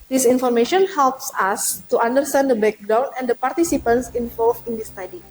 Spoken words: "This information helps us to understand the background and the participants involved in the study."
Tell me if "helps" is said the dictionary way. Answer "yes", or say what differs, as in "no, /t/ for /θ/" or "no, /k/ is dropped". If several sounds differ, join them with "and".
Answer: yes